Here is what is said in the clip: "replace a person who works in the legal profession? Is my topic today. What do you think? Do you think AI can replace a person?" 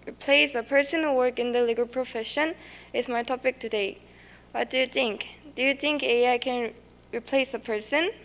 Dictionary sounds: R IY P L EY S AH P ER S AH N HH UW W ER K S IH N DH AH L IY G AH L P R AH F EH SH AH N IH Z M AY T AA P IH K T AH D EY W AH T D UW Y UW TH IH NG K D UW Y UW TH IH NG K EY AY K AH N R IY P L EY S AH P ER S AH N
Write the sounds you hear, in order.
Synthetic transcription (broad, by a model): R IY P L EY S AH P ER S AH N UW W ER K IH N DH AH L IY G AH L P R AH F EH SH AH N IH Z M AY T AA P IH K T AH D EY W AH T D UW Y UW TH IH NG K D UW Y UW TH IH NG K EY AY K AH N R IY P L EY S AH P ER S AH N